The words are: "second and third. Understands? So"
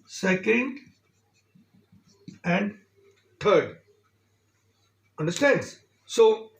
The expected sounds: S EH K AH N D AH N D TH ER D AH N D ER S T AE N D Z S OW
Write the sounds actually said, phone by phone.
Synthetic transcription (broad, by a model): S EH K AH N D AH N D T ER D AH N D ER S T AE N D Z S OW